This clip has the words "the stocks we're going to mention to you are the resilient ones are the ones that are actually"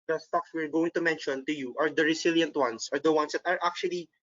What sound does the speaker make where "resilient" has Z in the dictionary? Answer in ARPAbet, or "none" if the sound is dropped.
S